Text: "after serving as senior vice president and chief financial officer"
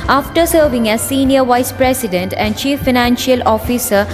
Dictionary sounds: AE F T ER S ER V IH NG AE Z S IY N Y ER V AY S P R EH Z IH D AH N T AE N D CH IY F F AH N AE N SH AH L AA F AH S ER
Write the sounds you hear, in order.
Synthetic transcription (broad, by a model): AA F T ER S ER V IH NG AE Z S IY N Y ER V AY S P R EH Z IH D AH N T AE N D CH IY F F AH N AE N SH AH L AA F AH S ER